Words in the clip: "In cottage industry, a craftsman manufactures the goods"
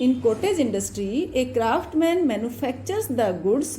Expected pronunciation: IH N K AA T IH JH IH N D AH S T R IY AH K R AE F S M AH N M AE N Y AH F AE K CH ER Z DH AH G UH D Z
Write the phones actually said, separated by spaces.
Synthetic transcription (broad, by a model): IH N K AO T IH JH IH N D AH S T R IY AH K R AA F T M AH N M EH N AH P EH K CH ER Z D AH G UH D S